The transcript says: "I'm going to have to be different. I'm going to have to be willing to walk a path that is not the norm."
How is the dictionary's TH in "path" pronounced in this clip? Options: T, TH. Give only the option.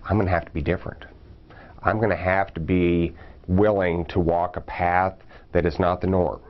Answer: TH